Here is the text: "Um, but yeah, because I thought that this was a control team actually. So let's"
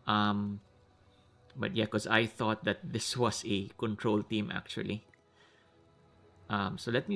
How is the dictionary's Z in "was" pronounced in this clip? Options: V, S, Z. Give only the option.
S